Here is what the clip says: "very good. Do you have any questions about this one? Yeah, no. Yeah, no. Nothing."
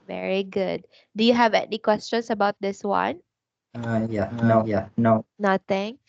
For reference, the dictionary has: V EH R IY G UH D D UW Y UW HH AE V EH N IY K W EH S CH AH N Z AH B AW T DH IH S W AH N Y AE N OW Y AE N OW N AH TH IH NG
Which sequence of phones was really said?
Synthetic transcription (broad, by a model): V EH R IY G UH D D UW Y UW HH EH V EH N IY K W EH S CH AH N S AH B AW T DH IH S W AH N Y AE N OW Y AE N OW N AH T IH NG